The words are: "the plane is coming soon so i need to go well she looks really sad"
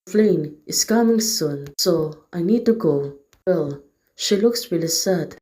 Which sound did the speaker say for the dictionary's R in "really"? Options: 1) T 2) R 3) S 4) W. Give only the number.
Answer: 4